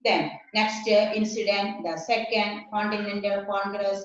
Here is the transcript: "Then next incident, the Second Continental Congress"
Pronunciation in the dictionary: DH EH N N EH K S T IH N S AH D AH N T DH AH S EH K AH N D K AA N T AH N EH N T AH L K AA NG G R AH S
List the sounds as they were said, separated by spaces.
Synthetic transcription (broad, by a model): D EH N N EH K S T IH N S AH D AH N T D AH S EH K AH N D K AA N T AH N EH N T AH L K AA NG G R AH S